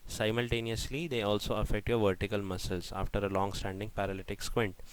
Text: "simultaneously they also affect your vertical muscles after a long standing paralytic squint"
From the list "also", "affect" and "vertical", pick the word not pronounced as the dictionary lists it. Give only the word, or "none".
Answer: none